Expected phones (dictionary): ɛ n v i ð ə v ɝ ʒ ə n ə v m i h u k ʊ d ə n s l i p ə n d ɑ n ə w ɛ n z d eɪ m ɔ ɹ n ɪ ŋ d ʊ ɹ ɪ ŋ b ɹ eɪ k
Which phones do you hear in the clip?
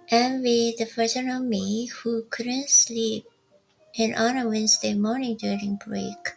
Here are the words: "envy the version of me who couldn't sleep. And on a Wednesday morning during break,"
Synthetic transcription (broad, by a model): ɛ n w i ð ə f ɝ s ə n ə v m i h u k ʊ d ə n s l i p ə n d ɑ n ə w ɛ n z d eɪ m ɔ ɹ n ɪ ŋ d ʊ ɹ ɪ ŋ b ɹ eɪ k